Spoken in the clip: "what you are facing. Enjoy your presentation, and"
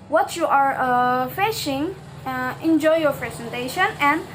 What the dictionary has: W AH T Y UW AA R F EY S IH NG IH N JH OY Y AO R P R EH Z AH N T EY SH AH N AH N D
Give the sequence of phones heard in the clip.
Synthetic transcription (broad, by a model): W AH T Y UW AA R F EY SH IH NG IH N JH OY Y AO R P R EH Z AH N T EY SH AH N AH N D